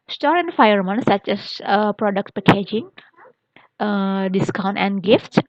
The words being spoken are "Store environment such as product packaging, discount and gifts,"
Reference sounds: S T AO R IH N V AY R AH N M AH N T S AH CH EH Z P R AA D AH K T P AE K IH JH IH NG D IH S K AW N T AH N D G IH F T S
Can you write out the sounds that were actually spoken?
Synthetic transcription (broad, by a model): S T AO R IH N F AY AH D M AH N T S AH CH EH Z P R AA D AH K T P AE K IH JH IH NG D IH S K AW N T AH N D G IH F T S